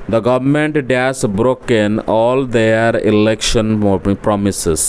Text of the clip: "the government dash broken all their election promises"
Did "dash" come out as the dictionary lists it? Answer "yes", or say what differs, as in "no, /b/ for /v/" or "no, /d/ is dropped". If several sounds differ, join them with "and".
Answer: no, /s/ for /ʃ/